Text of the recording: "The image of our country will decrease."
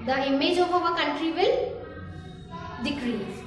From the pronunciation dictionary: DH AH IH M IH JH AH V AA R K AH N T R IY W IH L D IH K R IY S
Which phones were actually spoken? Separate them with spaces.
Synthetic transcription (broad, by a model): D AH IH M IH JH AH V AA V K AH N T R IY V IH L D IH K R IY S